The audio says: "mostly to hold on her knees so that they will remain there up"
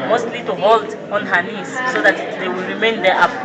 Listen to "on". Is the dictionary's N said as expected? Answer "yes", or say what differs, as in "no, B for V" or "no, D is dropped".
yes